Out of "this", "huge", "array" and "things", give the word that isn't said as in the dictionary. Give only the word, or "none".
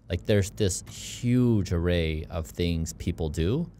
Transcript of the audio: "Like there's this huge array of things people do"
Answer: none